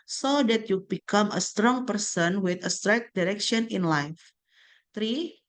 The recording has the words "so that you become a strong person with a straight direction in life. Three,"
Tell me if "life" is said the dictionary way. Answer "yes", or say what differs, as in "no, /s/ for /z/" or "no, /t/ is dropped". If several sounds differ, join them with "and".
yes